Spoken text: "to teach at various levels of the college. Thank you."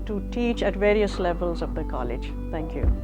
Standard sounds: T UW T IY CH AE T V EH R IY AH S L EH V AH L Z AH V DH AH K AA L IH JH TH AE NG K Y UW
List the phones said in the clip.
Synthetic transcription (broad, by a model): T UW T IY CH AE T V EH R IY AH S L EH V AH L Z AH V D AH K AA L IH JH T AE NG K Y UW